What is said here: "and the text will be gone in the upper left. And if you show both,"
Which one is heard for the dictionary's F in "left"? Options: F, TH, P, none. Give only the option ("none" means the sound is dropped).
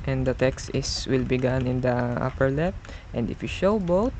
P